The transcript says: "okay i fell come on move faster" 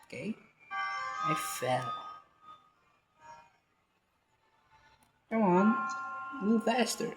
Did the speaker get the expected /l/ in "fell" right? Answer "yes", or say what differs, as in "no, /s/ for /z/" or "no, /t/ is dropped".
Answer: yes